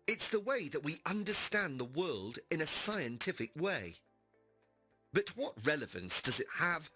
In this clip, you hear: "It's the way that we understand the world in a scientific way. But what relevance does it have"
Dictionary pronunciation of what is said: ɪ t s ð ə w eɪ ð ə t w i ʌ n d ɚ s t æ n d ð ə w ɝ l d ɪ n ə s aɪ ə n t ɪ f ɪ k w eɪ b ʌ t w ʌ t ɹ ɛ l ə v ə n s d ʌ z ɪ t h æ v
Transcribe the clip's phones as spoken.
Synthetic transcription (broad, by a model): ɪ t s ð ə w eɪ ð ə t w i ʌ n d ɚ s t æ n ð ə w ɝ l d ɪ n ə s aɪ ə n t ɪ f ɪ k w eɪ b ʌ t w ʌ t ɹ ɛ l ə v ə n s d ʌ z ɪ t h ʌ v